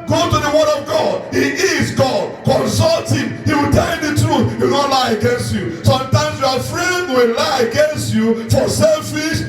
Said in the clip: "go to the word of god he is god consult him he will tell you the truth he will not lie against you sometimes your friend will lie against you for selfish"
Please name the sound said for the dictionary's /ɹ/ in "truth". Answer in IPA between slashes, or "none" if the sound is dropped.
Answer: /ɹ/